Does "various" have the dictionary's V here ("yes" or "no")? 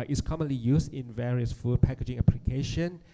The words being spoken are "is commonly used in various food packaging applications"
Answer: yes